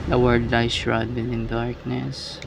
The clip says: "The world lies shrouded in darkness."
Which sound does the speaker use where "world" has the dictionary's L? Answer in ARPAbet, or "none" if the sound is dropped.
none